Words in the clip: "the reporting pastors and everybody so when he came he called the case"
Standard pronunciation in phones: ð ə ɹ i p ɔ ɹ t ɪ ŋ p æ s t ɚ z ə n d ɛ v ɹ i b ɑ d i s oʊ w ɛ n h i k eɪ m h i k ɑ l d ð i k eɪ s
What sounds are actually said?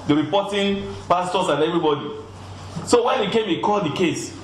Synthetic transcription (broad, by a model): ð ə ɹ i p ɔ t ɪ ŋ p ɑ s t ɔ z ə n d ɛ v ɹ i b ɑ d i s oʊ w ɛ n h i k eɪ m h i k ɑ l d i k eɪ s